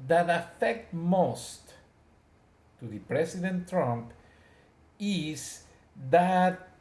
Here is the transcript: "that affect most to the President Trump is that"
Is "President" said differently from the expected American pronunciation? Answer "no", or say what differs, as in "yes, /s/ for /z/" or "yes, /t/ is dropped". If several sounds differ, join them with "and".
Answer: yes, /s/ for /z/